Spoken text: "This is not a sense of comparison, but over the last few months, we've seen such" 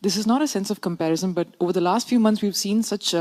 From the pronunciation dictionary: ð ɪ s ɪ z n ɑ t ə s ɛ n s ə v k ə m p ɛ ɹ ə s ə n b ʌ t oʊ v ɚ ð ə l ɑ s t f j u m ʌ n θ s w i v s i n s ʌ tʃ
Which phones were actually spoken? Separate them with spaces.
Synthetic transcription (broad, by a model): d ɪ s ɪ z n ɑ t ə s ɛ n s ə v k ə m p ɛ ɹ ə s ə n b ʌ t oʊ v ɚ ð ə l ɑ s t f j u m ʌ n t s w i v s i n s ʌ tʃ